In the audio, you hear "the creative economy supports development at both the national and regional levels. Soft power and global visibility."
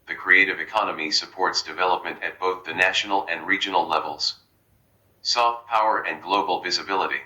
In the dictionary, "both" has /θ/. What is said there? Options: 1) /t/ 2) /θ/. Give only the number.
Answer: 2